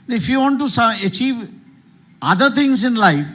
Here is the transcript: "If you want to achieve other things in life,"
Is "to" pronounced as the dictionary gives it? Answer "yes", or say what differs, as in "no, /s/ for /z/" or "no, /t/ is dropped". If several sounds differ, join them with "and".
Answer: no, /s/ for /t/